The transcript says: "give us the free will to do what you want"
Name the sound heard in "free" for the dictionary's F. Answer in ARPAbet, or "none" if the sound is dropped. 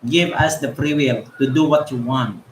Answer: P